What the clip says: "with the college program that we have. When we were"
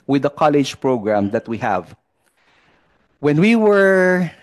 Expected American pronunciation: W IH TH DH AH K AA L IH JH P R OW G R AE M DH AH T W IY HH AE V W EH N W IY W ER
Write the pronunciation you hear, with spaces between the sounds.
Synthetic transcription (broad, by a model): W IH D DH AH K AA L IH JH P R OW G R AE M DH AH T W IY HH AE V W EH N W IY W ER